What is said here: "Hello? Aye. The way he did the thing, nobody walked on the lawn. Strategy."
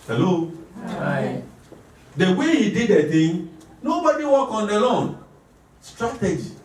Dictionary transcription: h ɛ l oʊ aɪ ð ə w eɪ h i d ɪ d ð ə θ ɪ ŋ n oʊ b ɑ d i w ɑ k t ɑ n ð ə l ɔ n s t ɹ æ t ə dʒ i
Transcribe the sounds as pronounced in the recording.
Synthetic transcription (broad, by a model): h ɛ l oʊ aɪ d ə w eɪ h i d ɪ d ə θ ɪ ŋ n oʊ b ɑ d i w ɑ k ɑ n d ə l ɔ n s t ɹ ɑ t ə dʒ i